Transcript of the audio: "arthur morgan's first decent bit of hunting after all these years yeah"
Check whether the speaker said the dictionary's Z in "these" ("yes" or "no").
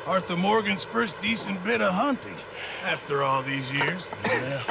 yes